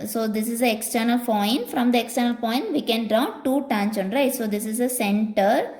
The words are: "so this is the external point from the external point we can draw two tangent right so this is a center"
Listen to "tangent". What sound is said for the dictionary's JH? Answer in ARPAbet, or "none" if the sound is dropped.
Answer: CH